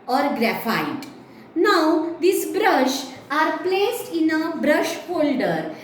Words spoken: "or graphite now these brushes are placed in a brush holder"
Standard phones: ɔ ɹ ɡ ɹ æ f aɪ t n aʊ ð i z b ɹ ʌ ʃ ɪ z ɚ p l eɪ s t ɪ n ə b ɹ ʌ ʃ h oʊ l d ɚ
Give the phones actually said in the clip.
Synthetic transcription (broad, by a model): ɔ ɹ ɡ ɹ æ f aɪ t n aʊ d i s b ɹ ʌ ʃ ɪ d p l eɪ s t ɪ n ə b ɹ ʌ ʃ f oʊ l d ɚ